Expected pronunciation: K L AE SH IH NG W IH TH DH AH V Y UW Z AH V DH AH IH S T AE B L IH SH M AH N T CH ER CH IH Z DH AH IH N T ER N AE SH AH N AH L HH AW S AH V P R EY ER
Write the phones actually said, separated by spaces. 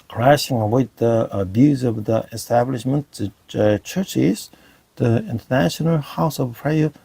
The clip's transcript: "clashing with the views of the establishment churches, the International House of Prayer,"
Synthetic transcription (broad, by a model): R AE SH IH NG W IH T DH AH B Y UW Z AH V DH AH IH S T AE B L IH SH M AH N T CH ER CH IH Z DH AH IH N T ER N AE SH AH N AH L HH AW S AH V P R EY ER